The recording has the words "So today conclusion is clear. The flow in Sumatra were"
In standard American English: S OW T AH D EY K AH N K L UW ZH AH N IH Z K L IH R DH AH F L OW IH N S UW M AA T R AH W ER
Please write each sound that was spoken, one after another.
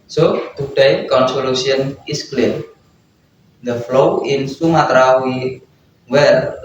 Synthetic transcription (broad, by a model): S OW T AH D EY K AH N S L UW S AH N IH S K L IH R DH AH F L OW IH N S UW M AA T R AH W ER